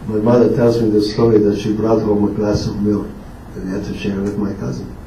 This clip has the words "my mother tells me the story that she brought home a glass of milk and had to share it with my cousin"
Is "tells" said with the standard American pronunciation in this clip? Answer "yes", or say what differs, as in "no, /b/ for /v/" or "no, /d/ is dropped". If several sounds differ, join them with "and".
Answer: yes